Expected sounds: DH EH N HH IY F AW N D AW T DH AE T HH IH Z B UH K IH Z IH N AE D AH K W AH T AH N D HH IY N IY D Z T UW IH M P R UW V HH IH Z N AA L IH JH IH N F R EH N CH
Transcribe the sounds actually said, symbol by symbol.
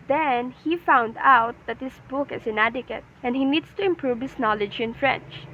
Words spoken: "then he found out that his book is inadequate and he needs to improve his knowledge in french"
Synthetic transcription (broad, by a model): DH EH N HH IY F AW N D AW T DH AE T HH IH S B UH K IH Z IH N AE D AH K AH T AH N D HH IY N IY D S T UW IH M P R UW V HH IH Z N AA L IH JH IH N F R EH N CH